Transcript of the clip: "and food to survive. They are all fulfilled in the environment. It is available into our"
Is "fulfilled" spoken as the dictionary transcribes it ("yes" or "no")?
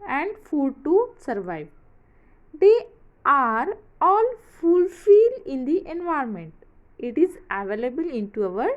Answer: no